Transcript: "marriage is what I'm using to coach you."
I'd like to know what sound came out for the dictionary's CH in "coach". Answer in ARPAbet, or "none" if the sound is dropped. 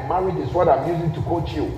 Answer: CH